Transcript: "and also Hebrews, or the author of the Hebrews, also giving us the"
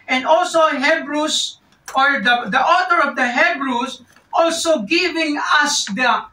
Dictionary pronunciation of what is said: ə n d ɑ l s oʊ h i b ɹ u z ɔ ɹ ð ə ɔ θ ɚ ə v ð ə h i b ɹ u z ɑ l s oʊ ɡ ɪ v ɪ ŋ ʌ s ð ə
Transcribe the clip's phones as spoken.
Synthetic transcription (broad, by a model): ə n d ɑ l s oʊ h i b ɹ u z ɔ ɹ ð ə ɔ t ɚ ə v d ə h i b ɹ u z ɑ l s oʊ ɡ ɪ v ɪ ŋ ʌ s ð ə